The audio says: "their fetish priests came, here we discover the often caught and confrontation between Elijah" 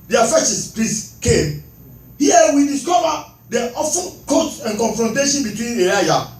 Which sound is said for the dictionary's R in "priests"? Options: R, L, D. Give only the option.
L